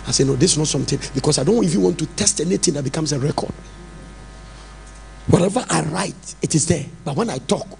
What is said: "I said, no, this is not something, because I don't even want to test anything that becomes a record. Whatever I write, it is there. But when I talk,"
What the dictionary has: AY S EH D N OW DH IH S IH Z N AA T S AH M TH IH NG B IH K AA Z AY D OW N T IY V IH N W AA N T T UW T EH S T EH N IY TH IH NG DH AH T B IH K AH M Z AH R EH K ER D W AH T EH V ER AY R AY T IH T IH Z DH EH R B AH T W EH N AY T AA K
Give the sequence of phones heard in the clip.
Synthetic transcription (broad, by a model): AY S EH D N OW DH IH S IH N AA T S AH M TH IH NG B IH K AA S AY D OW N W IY F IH W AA N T T UW T EH S T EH N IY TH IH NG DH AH T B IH K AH M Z AH R EH K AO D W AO T EH V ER AY R AY T IH T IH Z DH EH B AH T W EH N AY T AA K